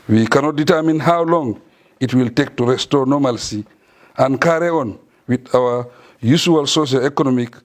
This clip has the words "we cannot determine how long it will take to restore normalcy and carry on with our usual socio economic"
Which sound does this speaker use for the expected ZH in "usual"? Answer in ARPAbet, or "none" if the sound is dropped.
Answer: S